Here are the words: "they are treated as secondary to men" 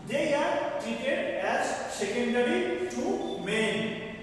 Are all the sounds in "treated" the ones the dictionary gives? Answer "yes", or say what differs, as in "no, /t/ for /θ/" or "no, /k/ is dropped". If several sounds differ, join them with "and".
no, /ɹ/ is dropped